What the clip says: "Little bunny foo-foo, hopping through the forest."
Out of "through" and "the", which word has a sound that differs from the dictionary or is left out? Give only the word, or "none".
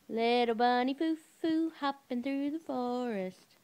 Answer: none